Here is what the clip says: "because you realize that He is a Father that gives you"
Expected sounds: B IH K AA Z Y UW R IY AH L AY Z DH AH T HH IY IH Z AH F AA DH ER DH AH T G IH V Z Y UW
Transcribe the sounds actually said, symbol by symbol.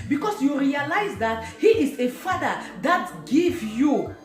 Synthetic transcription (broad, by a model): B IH K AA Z Y UW R IY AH L AY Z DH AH T HH IY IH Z AH F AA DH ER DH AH T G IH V Y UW